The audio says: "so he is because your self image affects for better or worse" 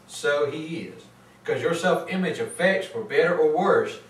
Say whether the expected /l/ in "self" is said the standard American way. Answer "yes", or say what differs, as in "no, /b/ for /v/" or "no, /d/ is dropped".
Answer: yes